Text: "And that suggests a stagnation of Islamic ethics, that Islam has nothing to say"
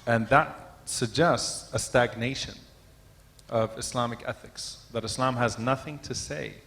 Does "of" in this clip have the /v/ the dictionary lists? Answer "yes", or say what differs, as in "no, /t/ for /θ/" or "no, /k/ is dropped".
yes